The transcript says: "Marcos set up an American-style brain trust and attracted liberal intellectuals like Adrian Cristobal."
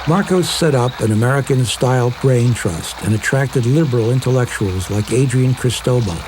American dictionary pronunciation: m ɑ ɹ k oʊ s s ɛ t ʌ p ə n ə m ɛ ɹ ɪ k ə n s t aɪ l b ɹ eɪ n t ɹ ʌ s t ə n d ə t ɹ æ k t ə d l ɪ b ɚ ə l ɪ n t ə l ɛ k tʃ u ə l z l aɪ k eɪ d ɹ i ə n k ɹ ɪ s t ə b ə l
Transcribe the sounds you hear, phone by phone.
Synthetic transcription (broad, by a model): m ɑ ɹ k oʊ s s ɛ t ʌ p ə n ə m ɛ ɹ ɪ k ə n s t aɪ l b ɹ eɪ n t ɹ ʌ s t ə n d ə t ɹ æ k t ə d l ɪ b ɚ l ɪ n t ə l ɛ k tʃ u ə l z l aɪ k eɪ d ɹ i ə n k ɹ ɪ s t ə b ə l